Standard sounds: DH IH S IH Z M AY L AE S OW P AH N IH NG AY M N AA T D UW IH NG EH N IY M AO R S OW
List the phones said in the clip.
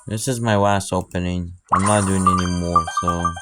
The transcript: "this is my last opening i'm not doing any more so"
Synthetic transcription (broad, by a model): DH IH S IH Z M AY W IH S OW P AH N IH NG AY M N AA T D UW IH NG EH N IY M AO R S OW